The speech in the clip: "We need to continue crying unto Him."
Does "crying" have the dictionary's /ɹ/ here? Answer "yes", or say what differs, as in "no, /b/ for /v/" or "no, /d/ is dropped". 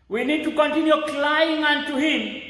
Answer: no, /l/ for /ɹ/